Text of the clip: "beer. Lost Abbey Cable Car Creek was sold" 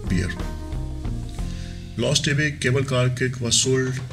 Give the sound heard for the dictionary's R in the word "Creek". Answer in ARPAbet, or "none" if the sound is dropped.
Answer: none